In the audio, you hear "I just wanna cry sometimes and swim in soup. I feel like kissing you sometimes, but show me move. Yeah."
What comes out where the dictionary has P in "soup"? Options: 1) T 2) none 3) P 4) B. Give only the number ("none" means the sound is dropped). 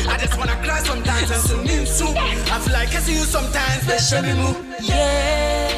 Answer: 2